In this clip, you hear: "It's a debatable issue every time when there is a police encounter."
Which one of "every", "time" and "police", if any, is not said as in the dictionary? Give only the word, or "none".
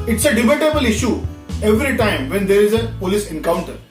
none